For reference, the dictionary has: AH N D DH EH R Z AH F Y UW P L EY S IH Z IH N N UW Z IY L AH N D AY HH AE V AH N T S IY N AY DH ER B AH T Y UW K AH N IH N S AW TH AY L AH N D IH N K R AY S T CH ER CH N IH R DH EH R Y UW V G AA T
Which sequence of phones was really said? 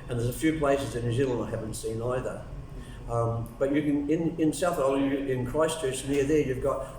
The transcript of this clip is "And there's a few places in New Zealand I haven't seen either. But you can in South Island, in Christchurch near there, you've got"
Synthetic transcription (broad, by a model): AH N DH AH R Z AH F Y UW P L EY S IH Z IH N N UW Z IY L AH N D AY HH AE V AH N T S IY N AY DH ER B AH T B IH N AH N IH N S AW TH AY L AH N IH N K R AY S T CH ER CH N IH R DH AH R Y UW V G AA T